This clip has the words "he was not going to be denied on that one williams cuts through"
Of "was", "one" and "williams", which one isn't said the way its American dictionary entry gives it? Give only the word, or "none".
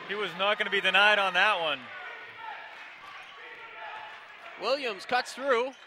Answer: none